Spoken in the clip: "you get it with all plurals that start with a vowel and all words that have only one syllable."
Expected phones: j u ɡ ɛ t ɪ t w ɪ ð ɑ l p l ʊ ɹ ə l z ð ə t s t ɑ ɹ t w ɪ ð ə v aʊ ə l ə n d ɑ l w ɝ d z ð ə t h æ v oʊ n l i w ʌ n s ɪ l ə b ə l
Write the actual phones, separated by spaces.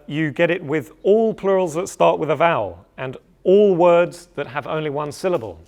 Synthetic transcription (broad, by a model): j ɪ ɡ ɛ t ɪ t w ɪ ð ɑ l p l ʊ ɹ ə l z ð ə t s t ɑ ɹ t w ɪ ð ə v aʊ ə l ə n ɑ l w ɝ d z ð ə t h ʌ v oʊ n l i w ʌ n s ɪ l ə b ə l